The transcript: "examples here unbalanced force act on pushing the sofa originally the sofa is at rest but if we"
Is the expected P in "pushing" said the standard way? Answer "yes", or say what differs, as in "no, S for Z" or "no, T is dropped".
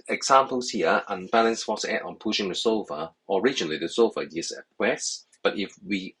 yes